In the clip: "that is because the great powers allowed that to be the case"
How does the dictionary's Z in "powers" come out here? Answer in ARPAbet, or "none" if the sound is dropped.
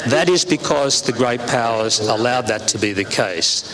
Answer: Z